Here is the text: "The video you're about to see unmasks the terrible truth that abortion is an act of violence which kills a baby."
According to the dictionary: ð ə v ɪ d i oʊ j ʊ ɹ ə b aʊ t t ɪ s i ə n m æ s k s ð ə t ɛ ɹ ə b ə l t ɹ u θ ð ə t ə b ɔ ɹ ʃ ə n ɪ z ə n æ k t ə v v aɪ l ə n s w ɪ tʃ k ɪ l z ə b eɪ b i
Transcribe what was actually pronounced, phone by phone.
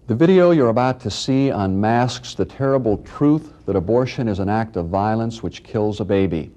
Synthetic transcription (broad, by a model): ð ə v ɪ d i oʊ j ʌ ɹ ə b aʊ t t ɪ s i ə n m æ s k s ð ə t ɛ ɹ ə b l t ɹ u θ ð ə t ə b ɔ ɹ ʃ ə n ɪ z ə n æ k t ə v v aɪ l ə n s w ɪ tʃ k ɪ l z ə b eɪ b i